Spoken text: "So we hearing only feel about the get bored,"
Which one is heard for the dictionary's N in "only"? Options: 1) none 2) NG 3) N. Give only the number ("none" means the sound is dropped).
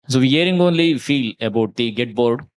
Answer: 3